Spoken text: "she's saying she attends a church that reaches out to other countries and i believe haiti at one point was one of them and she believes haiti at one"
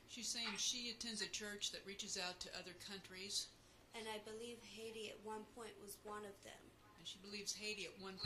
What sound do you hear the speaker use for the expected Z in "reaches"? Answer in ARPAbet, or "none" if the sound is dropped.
Z